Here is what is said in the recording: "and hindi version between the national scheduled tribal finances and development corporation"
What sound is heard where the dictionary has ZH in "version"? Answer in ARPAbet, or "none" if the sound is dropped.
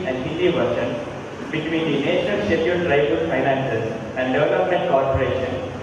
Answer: SH